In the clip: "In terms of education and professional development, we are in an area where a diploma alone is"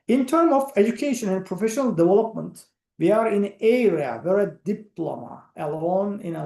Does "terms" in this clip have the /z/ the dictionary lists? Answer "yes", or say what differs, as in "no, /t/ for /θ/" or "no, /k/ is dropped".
no, /z/ is dropped